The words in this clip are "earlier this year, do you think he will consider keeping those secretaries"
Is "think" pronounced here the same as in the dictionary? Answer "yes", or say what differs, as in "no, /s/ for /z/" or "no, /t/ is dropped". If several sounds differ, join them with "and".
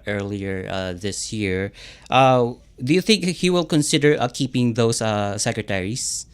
yes